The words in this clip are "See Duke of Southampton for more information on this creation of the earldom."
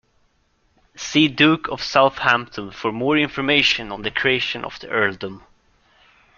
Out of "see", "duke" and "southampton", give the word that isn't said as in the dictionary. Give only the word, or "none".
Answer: none